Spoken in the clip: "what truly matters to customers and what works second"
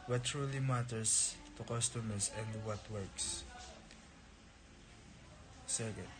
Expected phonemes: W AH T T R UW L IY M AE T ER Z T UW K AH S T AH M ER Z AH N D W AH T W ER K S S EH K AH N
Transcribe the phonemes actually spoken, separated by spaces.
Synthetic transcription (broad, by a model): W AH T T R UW L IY M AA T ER S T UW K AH S T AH M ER S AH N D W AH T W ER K S S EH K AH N